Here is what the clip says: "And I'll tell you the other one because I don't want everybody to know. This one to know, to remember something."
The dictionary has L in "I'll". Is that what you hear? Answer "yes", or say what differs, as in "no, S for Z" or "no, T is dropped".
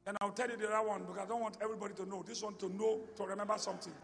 no, W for L